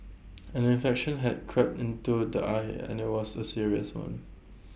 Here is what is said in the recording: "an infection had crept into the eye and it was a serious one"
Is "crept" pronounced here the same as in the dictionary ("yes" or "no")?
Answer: yes